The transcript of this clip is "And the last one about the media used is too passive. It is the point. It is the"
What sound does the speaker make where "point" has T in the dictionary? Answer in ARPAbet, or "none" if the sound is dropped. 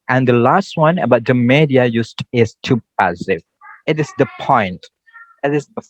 T